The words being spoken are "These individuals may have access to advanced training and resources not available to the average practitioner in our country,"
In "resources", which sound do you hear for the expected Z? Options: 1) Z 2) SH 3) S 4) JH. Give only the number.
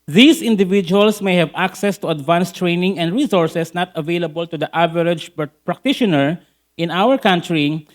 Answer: 3